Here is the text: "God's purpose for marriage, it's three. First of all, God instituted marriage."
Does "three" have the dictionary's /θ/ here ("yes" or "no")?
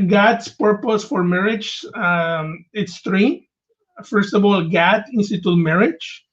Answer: no